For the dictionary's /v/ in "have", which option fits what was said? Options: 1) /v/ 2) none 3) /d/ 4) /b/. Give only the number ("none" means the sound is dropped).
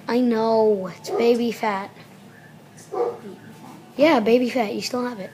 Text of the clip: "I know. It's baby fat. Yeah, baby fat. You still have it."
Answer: 1